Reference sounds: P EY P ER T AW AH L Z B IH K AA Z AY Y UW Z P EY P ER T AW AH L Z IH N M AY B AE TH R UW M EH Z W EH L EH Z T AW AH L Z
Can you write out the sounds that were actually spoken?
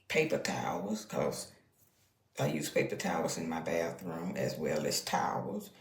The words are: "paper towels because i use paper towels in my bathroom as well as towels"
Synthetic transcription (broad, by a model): P EY P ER T AW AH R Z K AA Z AY Y UW Z P EY P ER T AW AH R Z IH N M AY B AE TH R UW M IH Z W EH L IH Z T AW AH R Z